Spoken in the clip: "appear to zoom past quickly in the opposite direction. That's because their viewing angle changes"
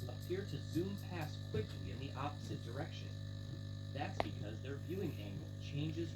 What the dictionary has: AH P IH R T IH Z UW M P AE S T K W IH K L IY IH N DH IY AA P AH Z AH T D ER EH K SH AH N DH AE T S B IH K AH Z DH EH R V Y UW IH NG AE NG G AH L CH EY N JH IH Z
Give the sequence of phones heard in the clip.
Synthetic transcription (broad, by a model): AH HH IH R T IH Z UW M P AE S K W IH K L IY IH N DH IY AA P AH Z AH T D ER EH K SH AH N DH AE T S B IH K AH Z DH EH R V Y UW IH NG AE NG G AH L CH EY N JH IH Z